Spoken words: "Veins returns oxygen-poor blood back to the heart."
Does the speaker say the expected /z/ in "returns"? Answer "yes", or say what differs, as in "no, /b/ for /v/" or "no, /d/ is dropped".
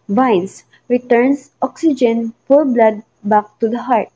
no, /s/ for /z/